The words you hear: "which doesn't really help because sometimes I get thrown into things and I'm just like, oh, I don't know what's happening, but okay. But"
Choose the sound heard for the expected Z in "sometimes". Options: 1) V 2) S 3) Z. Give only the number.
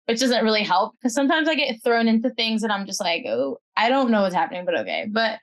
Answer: 3